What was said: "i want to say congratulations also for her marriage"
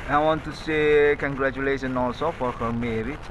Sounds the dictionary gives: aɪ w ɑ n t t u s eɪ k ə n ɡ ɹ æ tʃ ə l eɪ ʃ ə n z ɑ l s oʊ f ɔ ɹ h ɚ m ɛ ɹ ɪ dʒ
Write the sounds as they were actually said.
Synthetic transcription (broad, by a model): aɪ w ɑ n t t u s eɪ k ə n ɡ ɹ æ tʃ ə l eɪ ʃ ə n ɑ l s oʊ f ɔ ɹ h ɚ m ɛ ɹ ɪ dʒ